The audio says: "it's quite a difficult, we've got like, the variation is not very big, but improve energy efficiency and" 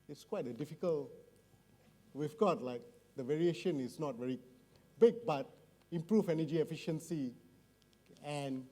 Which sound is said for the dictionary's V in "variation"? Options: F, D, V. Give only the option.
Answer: V